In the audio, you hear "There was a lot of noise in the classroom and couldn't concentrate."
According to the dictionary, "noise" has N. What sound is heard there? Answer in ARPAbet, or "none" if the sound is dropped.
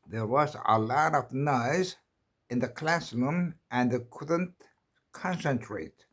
N